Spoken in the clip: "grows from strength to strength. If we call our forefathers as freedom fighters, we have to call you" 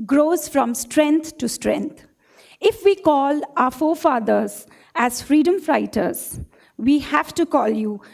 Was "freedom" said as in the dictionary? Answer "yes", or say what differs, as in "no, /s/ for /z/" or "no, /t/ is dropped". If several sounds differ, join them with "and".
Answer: yes